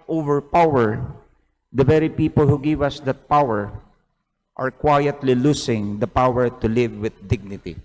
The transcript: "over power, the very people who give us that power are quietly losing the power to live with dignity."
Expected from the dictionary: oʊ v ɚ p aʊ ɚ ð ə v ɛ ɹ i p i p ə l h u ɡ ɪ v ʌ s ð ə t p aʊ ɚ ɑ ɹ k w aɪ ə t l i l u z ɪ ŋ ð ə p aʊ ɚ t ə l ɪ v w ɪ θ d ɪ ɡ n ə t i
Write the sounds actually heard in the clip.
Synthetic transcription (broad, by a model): oʊ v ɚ p aʊ ɚ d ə v ɛ ɹ i p i p ə l h u ɡ ɪ v ʌ s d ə t p aʊ ɚ ɑ ɹ k w aɪ ə t l i l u s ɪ ŋ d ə p aʊ ɚ t ə l ɪ v w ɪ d d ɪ ɡ n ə t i